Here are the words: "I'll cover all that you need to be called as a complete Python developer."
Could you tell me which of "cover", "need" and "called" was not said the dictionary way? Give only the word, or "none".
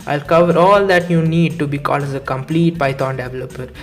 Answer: none